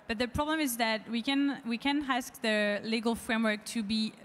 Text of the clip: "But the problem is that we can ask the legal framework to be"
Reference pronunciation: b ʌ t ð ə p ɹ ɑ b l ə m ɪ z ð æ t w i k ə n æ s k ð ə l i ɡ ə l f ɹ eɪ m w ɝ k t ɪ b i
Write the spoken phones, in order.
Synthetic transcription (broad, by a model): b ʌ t ð ə p ɹ ɑ b l ə m ɪ z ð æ t w i k ə n æ s k ð ə l i ɡ ə l f ɹ eɪ m w ɝ k t ɪ b i